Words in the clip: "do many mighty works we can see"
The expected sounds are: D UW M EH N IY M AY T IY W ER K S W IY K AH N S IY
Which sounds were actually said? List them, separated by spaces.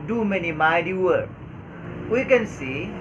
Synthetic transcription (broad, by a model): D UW M EH N IY M AY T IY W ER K W IY K AH N S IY